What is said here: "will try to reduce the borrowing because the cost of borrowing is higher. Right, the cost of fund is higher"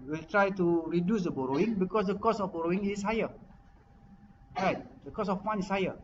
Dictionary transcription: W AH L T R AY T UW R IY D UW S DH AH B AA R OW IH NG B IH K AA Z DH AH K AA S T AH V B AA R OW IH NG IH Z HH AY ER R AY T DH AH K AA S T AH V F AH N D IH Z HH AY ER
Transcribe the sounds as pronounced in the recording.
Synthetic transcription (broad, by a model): W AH L T R AY T UW R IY D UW S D AH B AA R OW IH NG B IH K AA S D AH K AA S AH F B AA R OW IH NG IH S HH AY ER R AY T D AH K AA S AH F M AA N IH S HH AY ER